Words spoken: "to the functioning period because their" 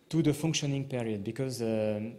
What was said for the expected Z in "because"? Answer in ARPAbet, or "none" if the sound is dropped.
Z